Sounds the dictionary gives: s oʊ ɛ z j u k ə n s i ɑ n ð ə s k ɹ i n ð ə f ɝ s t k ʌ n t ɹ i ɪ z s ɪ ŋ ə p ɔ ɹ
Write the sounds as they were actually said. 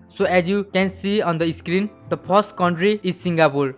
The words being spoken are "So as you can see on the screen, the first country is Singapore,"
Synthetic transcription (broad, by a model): s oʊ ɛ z j u k ə n s i ɑ n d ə s k ɹ i n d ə p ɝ s t k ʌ n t ɹ i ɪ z s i ŋ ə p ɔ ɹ